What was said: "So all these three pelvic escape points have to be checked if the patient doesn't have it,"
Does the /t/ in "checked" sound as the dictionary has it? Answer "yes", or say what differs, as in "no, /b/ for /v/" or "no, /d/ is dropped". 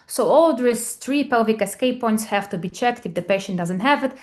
yes